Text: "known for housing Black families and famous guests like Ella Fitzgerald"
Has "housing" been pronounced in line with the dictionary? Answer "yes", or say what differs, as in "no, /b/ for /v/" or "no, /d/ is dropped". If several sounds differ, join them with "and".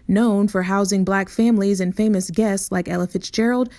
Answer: yes